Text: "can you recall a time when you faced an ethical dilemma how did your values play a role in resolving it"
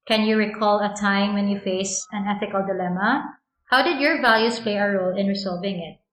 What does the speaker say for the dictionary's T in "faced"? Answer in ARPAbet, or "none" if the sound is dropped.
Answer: none